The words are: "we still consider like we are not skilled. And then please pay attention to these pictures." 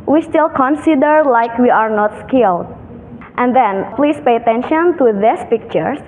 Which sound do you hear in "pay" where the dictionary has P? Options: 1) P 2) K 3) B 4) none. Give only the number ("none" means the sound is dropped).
1